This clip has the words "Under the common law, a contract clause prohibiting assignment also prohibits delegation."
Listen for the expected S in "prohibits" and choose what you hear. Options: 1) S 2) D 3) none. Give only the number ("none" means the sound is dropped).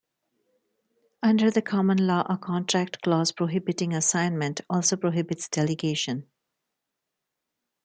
1